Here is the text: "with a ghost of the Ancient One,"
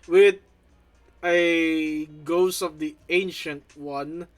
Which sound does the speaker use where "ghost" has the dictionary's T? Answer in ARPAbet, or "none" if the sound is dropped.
none